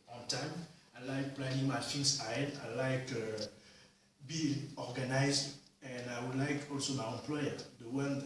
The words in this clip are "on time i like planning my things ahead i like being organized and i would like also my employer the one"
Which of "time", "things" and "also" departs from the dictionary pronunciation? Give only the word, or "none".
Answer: things